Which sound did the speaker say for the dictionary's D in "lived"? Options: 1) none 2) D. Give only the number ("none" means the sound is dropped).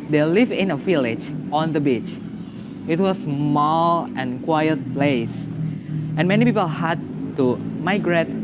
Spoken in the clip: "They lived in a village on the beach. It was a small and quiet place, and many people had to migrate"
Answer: 1